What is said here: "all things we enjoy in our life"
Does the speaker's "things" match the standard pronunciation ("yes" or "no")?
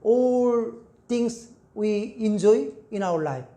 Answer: no